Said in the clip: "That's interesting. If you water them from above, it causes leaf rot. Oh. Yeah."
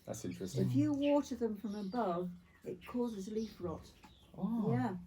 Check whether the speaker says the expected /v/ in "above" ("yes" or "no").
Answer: yes